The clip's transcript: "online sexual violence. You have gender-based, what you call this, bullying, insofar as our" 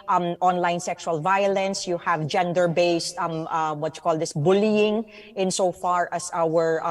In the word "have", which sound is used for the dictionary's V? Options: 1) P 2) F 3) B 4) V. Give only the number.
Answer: 4